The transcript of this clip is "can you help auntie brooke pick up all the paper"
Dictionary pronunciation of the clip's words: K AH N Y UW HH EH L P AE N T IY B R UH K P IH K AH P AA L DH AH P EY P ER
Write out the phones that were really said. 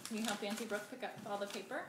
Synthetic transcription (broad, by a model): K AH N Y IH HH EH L F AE N S IY B R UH K P IH K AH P AA L DH AH P EY P ER